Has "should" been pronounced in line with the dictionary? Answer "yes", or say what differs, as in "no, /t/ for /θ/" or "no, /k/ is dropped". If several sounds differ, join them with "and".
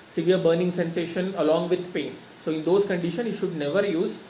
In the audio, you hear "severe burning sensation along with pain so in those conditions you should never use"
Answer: yes